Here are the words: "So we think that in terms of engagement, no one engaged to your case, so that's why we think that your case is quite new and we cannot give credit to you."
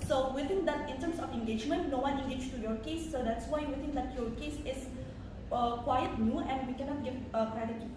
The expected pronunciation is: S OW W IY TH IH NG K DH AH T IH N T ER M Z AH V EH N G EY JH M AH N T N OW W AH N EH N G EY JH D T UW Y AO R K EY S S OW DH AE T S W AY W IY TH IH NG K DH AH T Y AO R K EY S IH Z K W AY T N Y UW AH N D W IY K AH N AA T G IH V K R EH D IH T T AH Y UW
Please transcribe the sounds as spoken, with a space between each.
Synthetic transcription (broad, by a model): S OW W IY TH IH NG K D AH T IH N T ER M S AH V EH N G EY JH M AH N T N OW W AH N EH G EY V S T UW Y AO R K EY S S OW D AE T S W AY W IY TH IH NG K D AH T Y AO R K EY S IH S K W AY T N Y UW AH N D W IY K AH N AA T G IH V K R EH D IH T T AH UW